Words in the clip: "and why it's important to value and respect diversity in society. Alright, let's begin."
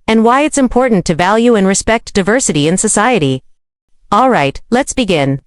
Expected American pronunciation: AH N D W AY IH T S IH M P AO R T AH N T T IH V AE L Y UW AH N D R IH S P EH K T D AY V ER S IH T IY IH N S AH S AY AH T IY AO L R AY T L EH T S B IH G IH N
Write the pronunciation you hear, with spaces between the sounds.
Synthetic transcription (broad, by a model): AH N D W AY IH T S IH M P AO R T N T T IH V AE L Y UW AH N R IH S P EH K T D AY V ER S IH T IY IH N S AH S AY AH T IY AO L R AY T L EH T S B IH G IH N